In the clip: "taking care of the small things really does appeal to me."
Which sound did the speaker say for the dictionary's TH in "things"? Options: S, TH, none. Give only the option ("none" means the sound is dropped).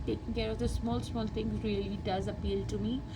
S